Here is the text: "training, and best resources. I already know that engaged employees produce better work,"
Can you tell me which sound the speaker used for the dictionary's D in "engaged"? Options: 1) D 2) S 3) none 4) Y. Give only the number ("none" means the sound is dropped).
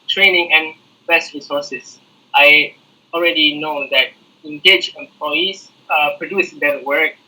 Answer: 3